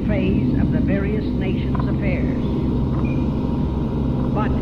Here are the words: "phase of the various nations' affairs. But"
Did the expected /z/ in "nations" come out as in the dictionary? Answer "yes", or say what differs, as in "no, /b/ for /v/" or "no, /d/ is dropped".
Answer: yes